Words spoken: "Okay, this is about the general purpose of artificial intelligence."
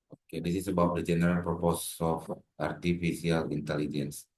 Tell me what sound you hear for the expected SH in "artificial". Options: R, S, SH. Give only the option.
S